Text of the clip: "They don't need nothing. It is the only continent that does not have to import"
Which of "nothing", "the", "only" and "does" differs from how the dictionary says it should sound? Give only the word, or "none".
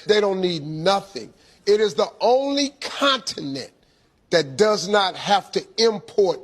none